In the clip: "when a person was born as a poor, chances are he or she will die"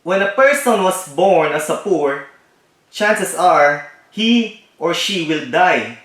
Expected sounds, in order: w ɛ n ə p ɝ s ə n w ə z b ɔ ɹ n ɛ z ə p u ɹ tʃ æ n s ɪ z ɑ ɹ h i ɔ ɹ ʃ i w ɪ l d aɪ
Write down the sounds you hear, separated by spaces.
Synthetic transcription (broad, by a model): w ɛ n ə p ɝ s ə n w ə s b ɔ ɹ n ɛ s ə p u ɹ tʃ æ n s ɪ s ɑ ɹ h i ɔ ɹ ʃ i w ɪ l d aɪ